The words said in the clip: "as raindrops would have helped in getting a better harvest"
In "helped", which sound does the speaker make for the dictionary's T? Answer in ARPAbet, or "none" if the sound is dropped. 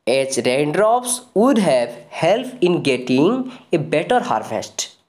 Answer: none